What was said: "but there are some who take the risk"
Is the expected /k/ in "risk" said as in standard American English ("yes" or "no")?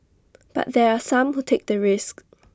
yes